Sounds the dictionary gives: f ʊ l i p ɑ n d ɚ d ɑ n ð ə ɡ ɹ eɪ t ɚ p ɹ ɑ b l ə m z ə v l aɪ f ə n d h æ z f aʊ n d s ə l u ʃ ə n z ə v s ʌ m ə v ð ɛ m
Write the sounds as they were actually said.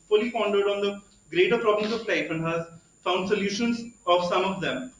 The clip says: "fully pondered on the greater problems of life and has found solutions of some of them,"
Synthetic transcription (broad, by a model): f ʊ l i f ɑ n d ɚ d ɑ n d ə ɡ ɹ eɪ t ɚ p ɹ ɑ b l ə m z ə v l aɪ f ə n d h æ z f aʊ n d s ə l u ʃ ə n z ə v s ʌ m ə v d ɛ m